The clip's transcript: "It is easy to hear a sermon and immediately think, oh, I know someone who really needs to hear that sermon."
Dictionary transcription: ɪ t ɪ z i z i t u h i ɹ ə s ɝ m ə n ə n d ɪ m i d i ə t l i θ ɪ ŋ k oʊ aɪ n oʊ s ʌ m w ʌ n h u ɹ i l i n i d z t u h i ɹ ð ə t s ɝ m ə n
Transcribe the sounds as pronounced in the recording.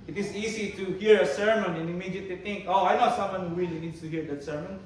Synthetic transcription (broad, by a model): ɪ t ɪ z i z i t u h i ɹ ə s ɝ m ə n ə n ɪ m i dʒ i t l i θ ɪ ŋ k oʊ aɪ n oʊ s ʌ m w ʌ n h u w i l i n i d s t u h i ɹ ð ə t s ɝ m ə n